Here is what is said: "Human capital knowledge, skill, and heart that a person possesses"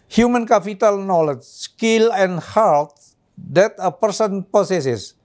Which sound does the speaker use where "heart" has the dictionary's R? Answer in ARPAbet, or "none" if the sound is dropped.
L